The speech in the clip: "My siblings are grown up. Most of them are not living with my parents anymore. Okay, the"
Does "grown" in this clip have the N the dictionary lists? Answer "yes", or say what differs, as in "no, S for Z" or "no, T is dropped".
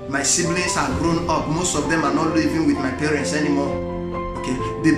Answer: yes